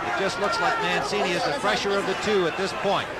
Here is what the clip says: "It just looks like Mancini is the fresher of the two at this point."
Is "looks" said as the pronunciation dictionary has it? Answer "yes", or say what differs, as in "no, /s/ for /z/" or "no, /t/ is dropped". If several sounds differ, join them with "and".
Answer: yes